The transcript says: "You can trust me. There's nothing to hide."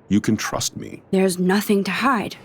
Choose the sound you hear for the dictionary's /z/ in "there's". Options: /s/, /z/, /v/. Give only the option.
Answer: /z/